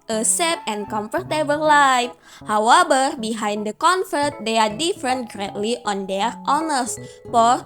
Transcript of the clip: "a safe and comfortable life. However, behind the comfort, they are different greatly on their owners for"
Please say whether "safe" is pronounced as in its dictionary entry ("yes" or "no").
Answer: no